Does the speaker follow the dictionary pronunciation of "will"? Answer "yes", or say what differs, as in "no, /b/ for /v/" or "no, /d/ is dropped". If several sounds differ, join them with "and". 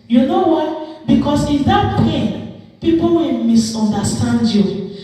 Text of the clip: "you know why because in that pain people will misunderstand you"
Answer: no, /n/ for /l/